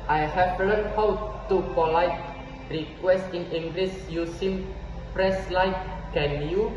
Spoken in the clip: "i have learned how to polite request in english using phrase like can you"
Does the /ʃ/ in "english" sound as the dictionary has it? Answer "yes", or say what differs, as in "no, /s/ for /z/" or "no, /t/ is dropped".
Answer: no, /s/ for /ʃ/